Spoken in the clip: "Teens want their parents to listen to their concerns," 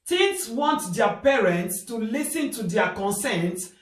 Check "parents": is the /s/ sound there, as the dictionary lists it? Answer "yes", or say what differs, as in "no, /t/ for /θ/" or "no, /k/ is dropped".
yes